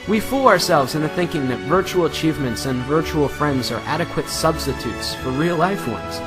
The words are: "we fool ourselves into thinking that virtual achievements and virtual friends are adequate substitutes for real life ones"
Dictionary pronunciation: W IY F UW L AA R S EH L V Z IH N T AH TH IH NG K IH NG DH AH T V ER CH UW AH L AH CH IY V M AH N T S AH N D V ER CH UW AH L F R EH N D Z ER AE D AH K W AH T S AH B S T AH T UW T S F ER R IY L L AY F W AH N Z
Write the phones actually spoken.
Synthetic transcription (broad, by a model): W IY F UW L AA R S EH L V Z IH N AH TH IH NG K IH NG DH AH T V ER CH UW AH L AH CH IY V M AH N T S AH N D V ER CH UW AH L F R EH N D Z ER AE D AH K W AH T S AH B S T AH T UW T S F ER R IY L L AY F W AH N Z